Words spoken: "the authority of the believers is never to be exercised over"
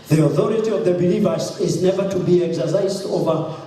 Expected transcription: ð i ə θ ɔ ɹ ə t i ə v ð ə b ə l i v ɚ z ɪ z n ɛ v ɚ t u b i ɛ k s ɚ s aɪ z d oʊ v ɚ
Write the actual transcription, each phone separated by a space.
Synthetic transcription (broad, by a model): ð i ə θ ɔ ɹ ə t i ə v ð ə b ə l i v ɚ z ɪ z n ɛ v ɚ t u b i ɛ k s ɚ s aɪ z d oʊ v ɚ